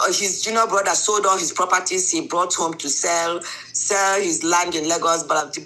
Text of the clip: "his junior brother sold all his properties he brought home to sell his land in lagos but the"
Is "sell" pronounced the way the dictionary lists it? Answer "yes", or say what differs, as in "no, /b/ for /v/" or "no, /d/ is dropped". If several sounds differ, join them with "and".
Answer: yes